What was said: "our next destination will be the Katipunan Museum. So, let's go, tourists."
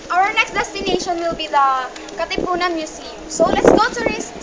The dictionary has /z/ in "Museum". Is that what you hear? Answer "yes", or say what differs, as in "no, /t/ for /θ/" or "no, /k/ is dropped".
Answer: no, /s/ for /z/